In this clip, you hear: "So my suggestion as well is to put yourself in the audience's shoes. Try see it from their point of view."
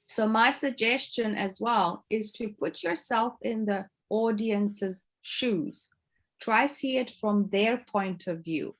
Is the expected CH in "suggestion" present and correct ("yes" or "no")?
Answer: yes